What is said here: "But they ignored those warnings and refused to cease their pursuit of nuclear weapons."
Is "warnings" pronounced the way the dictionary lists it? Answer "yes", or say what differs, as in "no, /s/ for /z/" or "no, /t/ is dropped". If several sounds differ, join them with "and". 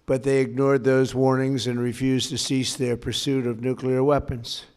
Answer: yes